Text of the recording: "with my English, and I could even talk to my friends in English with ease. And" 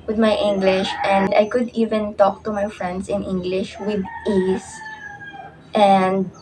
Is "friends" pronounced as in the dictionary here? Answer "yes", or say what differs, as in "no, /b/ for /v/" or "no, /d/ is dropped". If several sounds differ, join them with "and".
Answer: no, /s/ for /z/